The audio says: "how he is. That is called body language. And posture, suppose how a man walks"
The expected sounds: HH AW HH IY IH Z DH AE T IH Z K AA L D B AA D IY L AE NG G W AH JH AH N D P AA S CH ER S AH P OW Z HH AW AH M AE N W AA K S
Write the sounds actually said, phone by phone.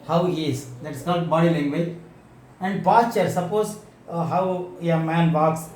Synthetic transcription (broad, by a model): HH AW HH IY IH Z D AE T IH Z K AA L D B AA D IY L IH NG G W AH AH N D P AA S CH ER S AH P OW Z HH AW AH M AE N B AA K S